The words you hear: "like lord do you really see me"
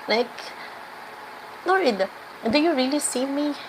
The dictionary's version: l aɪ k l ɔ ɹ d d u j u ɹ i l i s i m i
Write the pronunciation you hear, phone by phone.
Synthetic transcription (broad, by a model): l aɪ k n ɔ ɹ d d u j u ɹ i l i s i m i